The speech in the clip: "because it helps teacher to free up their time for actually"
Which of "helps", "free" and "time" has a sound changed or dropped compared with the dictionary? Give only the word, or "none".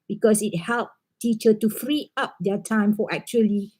helps